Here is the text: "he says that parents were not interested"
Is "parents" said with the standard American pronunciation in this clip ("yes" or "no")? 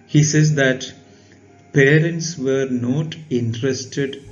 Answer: yes